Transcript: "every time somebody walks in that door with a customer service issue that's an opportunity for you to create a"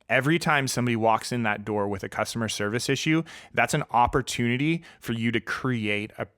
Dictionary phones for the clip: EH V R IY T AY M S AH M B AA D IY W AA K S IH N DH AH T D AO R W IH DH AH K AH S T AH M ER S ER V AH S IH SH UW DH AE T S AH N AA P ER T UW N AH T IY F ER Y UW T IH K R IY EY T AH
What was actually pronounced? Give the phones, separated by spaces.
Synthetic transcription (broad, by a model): EH V R IY T AY M S AH M B AA D IY W AA K S IH N DH AH T D AO R W IH DH AH K AH S T AH M ER S ER V AH S IH SH UW DH AE T S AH N AA P ER T UW N AH T IY F ER Y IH T IH K R IY EY T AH